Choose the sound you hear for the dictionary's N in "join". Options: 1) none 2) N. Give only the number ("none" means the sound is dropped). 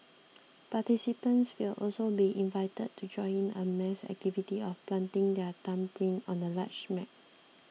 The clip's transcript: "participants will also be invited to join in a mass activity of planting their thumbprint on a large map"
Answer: 1